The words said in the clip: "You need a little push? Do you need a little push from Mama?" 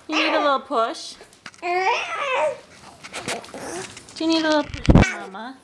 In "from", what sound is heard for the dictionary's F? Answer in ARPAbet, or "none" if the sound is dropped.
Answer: P